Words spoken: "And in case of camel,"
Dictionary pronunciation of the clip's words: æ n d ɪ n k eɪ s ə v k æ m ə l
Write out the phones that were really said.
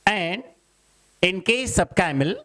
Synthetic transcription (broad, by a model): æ n d ɪ n k eɪ s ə b k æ m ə l